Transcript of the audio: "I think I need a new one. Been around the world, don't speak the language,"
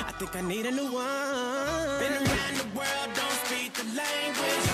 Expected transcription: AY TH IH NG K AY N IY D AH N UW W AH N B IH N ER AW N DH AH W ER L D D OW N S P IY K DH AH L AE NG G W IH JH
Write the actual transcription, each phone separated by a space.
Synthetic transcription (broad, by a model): AY TH IH NG K AY N IY D AH N UW W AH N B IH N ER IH N DH AH W ER L D D OW N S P IY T DH AH L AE NG G W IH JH